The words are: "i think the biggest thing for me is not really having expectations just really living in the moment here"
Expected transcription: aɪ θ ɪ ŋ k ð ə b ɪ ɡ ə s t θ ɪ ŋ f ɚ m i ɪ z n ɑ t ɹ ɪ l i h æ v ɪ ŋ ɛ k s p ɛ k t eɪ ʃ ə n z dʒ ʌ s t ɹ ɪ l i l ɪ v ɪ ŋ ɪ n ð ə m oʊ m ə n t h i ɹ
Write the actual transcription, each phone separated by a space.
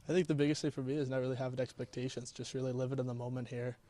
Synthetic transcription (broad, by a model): aɪ θ ɪ ŋ k ð ə b ɪ ɡ ə s t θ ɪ f ɚ m i ɪ z n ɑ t ɹ ɪ l i h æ v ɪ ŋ ɛ k s p ɛ k t eɪ ʃ ə n z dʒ ʌ s t ɹ ɪ l i l ɪ v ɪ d ɪ n ð ə m oʊ m ə n t h i ɹ